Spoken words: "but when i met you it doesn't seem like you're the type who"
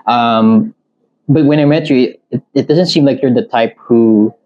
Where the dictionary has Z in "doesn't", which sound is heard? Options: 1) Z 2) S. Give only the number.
1